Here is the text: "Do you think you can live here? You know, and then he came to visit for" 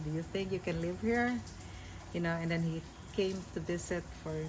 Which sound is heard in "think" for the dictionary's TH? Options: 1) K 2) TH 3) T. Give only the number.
2